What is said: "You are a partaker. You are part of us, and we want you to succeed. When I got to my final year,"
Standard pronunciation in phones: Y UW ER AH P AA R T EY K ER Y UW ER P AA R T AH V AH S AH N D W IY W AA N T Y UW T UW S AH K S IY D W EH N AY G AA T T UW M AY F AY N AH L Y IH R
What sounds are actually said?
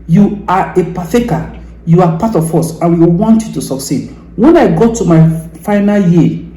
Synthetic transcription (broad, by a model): Y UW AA AH P AA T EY K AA Y UW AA P AA T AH F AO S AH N W IY W AA N T Y UW T UW S AH K S IY D W EH N AY G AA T T UW M AY F AY N AH L Y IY